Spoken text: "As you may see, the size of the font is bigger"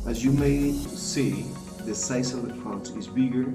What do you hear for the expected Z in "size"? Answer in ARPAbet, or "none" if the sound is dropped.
S